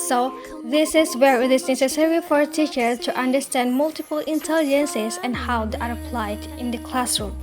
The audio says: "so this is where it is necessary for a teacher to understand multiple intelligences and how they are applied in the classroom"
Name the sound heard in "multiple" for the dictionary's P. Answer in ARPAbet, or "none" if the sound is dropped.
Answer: P